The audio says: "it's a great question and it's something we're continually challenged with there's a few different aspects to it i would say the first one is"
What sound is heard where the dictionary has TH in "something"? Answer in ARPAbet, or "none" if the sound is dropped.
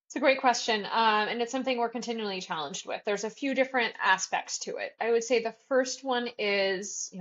TH